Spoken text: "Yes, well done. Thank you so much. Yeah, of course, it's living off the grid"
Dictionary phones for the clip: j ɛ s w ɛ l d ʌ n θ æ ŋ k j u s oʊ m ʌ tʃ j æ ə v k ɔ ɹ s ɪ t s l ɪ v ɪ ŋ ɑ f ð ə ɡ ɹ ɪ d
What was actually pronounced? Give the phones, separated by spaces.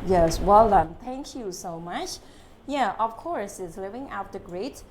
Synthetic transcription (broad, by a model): j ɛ s w ɛ l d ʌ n t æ ŋ k j u s oʊ m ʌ tʃ j æ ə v k ɔ ɹ s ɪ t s l ɪ v ɪ ŋ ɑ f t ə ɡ ɹ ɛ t